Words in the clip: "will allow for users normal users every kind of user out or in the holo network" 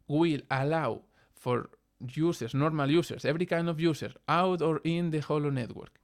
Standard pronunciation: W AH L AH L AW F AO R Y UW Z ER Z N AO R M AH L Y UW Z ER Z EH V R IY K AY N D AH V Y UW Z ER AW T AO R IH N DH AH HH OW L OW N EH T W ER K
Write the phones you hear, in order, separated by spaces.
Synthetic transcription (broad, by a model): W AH L AH L AW F AO R Y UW S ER S N AO R M AH L Y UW S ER S EH V R IY K AY N D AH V Y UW S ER AW T AO R IH N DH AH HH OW L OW N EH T W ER K